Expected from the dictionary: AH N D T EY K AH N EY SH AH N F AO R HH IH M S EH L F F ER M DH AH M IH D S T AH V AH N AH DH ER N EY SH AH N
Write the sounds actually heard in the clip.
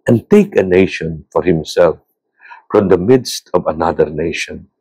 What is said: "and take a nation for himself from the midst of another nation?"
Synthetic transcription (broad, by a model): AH N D T EY K AH N EY SH AH N F AO R HH IH M S EH L F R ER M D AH M IH D S T AH V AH N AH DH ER N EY SH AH N